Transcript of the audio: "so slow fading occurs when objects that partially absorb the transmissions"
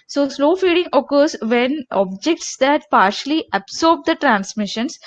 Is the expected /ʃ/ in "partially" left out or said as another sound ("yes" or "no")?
no